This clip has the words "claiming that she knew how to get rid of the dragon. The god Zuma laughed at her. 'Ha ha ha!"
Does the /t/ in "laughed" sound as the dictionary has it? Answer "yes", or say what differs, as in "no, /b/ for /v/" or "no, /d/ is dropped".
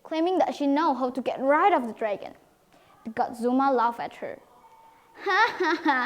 no, /t/ is dropped